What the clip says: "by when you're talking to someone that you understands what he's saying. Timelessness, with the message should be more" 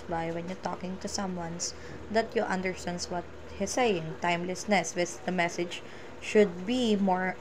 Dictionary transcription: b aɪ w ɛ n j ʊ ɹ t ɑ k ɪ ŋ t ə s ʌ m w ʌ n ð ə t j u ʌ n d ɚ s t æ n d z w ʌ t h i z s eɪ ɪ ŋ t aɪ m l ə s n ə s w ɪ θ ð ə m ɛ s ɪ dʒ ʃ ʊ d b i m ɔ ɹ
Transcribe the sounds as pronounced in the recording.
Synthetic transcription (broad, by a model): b aɪ w ɛ n j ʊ ɹ t ɑ k ɪ ŋ t ə s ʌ m w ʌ n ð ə t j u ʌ n d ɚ s t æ n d s w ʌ t h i s eɪ ɪ ŋ t aɪ m l ə s n ə s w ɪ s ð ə m ɛ s ɪ dʒ ʃ ʊ d b i m ɔ ɹ